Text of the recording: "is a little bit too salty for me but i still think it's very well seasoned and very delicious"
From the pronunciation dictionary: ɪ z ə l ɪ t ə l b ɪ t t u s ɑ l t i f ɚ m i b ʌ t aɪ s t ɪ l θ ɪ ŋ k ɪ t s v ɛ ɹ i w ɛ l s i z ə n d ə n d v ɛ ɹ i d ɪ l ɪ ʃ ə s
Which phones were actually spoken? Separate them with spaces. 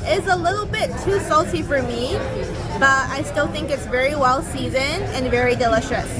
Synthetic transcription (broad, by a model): ɪ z ə l ɪ t l b ɪ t t u s ɑ l t i f ɚ m i b ʌ t aɪ s t ɪ l θ ɪ ŋ k ɪ t s v ɛ ɹ i w ɛ l s i z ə n ə n v ɛ ɹ i d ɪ l ɪ ʃ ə s